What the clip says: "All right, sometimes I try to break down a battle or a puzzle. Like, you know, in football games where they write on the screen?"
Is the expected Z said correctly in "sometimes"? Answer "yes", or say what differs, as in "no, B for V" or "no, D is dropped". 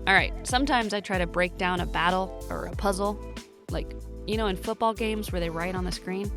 yes